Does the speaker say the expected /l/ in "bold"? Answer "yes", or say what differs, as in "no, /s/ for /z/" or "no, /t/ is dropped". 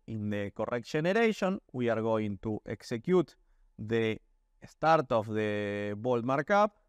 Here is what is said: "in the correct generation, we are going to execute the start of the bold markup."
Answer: yes